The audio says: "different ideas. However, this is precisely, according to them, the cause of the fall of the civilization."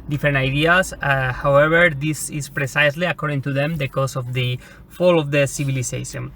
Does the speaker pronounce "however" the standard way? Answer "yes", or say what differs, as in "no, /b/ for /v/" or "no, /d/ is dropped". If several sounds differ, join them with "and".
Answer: no, /b/ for /v/